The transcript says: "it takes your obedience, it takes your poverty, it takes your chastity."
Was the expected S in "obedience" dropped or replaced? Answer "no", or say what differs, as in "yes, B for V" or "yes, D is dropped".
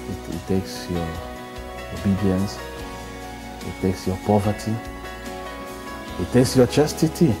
no